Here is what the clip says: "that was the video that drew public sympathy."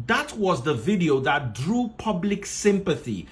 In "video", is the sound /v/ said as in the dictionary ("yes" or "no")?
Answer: yes